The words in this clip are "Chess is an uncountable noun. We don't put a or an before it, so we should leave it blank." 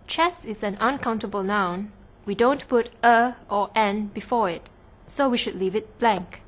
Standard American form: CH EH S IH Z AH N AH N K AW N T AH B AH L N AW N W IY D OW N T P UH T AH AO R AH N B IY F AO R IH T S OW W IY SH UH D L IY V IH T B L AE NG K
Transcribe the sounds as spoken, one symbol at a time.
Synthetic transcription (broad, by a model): CH EH S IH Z AH N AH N K AW N T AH B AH L N AW N W IY D OW N T P UH T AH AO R AH N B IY F AO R IH T S OW W IY SH UH D L IY V IH T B L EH NG K